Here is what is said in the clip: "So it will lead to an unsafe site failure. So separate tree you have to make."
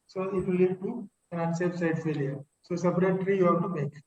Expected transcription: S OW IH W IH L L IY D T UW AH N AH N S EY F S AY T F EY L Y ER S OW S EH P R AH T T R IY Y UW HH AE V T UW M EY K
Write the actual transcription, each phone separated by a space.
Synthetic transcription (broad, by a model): S OW IH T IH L L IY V T UW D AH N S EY P S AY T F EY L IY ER S OW S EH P R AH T T R IY Y UW HH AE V T UW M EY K